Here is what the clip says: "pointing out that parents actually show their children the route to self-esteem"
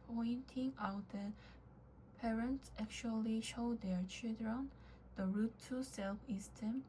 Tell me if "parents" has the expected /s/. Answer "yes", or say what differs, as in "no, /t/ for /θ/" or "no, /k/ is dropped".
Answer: yes